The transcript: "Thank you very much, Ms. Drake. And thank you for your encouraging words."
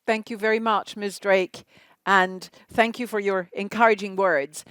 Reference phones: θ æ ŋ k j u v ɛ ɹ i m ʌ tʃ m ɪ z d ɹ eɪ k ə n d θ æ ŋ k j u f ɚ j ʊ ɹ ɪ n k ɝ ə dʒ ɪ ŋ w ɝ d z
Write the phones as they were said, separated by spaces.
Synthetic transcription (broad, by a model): θ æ ŋ k j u v ɛ ɹ i m ʌ tʃ m ɪ s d ɹ eɪ k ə n θ æ ŋ k j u f ɚ j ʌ ɹ ɪ n k ɝ ə dʒ ɪ ŋ w ɝ d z